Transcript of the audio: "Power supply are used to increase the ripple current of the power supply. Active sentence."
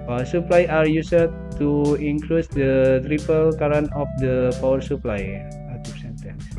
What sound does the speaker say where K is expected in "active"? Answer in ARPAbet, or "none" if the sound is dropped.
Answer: none